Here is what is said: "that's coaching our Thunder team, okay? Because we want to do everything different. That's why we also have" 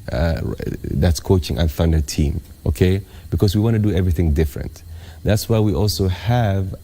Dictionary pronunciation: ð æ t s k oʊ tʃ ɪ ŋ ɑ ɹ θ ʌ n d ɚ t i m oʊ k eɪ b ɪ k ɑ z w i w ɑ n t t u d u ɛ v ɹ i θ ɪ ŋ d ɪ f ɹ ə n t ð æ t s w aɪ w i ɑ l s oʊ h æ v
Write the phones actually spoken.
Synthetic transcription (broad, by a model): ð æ t s k oʊ tʃ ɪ ŋ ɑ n θ ʌ n d ɚ t i m oʊ k eɪ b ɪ k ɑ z w i w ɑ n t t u d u ɛ v ɹ i θ ɪ ŋ d ɪ f ɹ ə n t ð æ t s w aɪ w i ɑ l s oʊ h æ v